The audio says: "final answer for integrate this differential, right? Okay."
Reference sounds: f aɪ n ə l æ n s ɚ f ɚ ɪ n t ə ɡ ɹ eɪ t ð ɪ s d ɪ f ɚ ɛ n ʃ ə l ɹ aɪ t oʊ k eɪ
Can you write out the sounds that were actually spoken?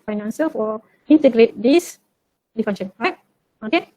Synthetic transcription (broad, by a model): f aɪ n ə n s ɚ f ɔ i n t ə ɡ ɹ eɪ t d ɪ s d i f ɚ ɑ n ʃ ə n ɹ aɪ t oʊ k eɪ